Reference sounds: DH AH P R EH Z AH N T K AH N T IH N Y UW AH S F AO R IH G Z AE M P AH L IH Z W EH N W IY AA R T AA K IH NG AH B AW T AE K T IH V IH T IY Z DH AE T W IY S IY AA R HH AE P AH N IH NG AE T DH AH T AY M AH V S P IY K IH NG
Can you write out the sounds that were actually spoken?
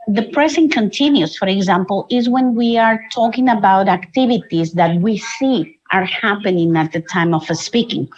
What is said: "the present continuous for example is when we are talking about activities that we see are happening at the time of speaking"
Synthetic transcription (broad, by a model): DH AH P R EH S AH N K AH N T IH N Y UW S F AO R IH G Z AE M P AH L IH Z W EH N W IY AA R T AA K IH NG AH B AW T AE K T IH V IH T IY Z DH AE T W IY S IY AA R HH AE P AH N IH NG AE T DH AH T AY M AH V S P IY K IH NG